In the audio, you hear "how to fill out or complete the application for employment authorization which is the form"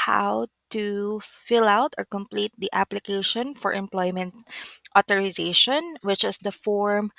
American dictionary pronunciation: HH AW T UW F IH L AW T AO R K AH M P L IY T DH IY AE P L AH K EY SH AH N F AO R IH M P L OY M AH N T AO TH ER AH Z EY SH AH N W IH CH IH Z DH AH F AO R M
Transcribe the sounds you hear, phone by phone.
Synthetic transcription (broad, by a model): HH AW T UW F IH L AW T AO R K AH M P L IY T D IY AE P L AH K EY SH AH N F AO R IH M P L OY M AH N T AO T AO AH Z EY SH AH N W IH CH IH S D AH F AO R M